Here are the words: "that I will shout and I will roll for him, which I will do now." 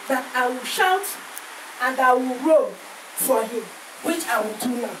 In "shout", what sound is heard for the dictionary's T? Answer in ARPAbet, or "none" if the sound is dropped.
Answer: T